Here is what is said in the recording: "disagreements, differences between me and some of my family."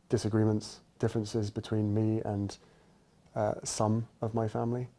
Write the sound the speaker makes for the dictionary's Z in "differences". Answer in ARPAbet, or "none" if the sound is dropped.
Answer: Z